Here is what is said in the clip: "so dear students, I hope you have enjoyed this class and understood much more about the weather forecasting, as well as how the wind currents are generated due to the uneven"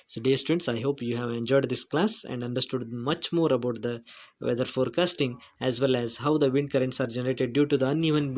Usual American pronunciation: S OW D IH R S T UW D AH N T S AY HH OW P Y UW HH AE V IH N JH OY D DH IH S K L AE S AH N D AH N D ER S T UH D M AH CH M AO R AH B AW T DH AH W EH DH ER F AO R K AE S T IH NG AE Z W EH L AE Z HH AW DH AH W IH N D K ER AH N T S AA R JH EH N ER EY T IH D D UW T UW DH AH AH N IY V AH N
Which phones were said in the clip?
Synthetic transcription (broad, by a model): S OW D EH S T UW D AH N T S AY HH OW P Y UW HH AE V IH N JH OY D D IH S K L AE S AH N D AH N D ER S T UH D M AH CH M AO R AH B AW T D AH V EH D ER F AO R K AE S T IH NG AE Z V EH L AE Z HH AW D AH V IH N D K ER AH N T S AA R JH EH N ER EY T IH D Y UW T UW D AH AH N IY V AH N